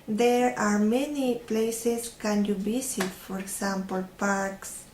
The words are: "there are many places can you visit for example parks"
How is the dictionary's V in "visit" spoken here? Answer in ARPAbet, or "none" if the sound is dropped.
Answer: B